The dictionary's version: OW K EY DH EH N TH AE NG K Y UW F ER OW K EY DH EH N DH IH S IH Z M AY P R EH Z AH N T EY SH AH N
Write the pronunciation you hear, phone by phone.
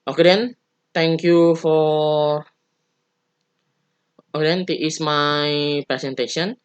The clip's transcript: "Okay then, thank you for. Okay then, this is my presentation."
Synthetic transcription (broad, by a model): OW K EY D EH N T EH NG K Y UW F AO OW K EY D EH N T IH IH S M AY P R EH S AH N T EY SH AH N